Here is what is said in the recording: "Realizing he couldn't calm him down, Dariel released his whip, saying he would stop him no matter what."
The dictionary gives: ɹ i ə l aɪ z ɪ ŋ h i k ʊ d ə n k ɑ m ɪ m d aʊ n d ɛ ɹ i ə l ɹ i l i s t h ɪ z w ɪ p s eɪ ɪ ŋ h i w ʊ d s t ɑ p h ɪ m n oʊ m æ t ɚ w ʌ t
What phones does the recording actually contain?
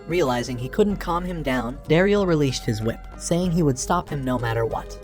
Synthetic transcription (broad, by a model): ɹ i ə l aɪ z ɪ ŋ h i k ʊ d n k ɑ m ɪ m d aʊ n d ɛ ɹ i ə l ɹ i l i s t h ɪ z w ɪ p s eɪ ɪ ŋ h i w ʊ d s t ɑ p h ɪ m n oʊ m æ t ɚ w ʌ t